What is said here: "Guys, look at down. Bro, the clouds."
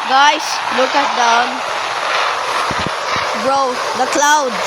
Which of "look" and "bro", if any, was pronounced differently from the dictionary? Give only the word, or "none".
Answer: none